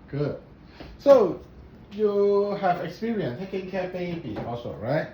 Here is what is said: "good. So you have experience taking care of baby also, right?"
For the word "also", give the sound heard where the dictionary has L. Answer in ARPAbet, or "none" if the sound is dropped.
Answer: none